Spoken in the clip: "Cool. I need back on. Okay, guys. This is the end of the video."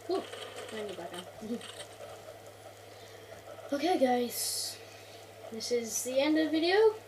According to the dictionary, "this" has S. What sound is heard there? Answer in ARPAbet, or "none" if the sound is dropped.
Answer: S